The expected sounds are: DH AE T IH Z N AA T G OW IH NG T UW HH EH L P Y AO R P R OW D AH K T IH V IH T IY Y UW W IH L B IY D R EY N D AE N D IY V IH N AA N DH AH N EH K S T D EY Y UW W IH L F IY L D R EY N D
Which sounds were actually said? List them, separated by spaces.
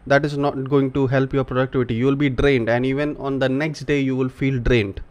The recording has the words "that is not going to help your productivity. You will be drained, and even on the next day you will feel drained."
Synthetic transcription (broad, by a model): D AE T IH Z N AA T G OW IH NG T UW HH EH L P Y AO R P R OW D AH K T IH V IH T IY Y UW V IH L B IY D R EY N D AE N D IY V IH N AA N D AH N EH K S T D EY Y UW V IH L F IY L D R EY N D